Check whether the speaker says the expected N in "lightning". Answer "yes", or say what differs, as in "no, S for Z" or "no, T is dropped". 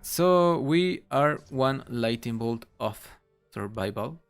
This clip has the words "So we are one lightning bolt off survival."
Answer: no, N is dropped